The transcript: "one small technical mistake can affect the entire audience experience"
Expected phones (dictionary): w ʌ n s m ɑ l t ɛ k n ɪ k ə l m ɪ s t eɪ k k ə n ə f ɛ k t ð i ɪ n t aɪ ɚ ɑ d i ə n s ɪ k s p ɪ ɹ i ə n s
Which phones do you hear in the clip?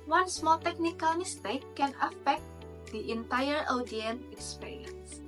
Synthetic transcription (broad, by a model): w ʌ n s m ɑ l t ɛ k n ɪ k ə l m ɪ s t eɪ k k ə n ə f ɛ k t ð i ɪ n t aɪ ɚ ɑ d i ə n ɪ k s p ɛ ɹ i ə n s